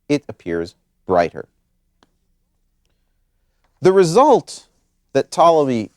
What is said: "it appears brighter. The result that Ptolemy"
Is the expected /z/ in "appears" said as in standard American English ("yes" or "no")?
yes